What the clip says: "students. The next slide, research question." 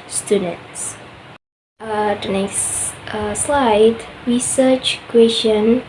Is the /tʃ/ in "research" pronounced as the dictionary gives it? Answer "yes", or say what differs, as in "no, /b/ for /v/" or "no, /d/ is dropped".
yes